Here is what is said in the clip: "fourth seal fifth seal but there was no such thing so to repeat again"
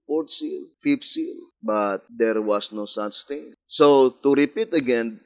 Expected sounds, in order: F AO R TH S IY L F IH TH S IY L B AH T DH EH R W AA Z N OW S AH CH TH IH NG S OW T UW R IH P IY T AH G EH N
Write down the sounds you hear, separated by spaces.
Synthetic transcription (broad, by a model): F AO R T S IY L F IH F S IY L B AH T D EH R W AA S N OW S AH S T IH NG S OW T UW R IH P IY T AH G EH N